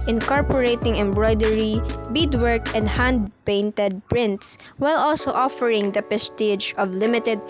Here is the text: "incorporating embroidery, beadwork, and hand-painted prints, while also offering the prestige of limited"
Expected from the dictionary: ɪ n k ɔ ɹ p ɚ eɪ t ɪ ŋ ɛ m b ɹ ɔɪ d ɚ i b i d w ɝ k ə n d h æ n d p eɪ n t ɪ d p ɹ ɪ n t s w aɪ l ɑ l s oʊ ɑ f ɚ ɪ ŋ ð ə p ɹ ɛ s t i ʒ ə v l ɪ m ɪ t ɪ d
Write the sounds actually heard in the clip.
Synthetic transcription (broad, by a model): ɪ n k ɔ ɹ p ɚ eɪ t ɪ ŋ ɛ m b ɹ ɔɪ d ɚ i b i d w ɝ k ə n d h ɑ n d p eɪ n t ɪ d p ɹ ɪ n t s w aɪ l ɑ l s oʊ ɑ f ɚ ɪ ŋ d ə p ɛ s t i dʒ ə v l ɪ m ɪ t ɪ d